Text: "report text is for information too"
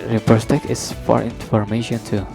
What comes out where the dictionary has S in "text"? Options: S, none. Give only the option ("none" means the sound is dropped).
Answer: none